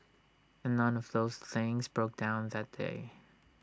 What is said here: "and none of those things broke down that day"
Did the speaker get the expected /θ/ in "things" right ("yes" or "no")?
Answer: yes